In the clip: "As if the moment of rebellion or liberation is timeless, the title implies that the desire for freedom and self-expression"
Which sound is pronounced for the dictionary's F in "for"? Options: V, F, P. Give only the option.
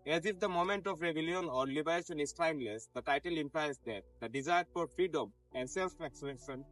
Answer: P